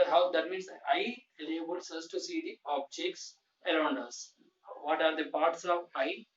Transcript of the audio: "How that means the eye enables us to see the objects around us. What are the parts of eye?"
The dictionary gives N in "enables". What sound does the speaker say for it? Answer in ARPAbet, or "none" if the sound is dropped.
L